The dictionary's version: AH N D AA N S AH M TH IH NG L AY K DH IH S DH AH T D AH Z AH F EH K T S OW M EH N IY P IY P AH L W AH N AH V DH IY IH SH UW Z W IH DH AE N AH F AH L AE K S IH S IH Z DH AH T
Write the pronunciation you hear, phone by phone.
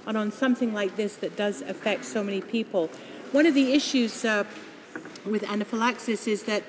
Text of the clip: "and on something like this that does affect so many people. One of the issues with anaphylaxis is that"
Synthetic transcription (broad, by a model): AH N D N S AH M TH IH NG L AY K DH IH S DH AH T D AH Z AH F EH K T S OW M EH N IY P IY P L W AH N AH V DH IY IH SH UW Z W IH DH AE N AH F AH L AE K S IH S IH Z DH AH T